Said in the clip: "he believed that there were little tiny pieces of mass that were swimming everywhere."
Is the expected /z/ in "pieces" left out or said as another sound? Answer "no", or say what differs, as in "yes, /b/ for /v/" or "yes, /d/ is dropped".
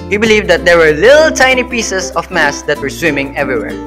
yes, /s/ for /z/